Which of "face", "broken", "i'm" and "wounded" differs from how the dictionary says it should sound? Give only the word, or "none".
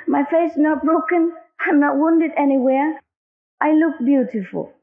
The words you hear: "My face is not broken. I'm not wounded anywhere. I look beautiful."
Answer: face